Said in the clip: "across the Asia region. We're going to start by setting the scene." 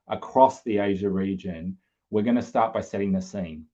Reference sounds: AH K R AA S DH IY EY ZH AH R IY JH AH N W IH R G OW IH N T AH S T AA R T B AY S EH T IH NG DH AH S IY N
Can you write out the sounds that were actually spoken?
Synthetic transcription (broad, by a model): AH K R AA S DH IY EY ZH AH R IY JH AH N W IH R G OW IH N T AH S T AA R T B AY S EH T IH NG DH AH S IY N